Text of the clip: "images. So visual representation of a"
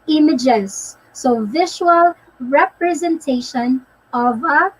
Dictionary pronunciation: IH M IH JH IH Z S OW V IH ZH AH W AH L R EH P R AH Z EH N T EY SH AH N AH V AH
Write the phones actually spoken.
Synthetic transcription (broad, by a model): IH M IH JH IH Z S OW V IH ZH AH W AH L R EH P R AH Z EH N T EY SH AH N AH V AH